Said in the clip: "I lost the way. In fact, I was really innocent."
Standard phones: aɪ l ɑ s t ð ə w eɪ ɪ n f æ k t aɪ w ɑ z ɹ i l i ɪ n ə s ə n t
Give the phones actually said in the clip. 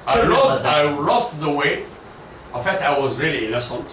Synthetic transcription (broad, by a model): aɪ l ɑ s t ð ə w eɪ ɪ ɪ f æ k t aɪ w ɑ z ɹ i l i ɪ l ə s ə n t